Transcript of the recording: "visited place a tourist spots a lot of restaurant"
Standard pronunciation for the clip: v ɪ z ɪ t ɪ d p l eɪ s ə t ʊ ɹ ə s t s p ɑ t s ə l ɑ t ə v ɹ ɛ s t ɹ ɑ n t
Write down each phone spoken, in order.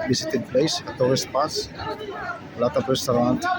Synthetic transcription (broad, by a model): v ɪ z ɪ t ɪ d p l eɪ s ə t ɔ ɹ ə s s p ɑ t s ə l ɑ t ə p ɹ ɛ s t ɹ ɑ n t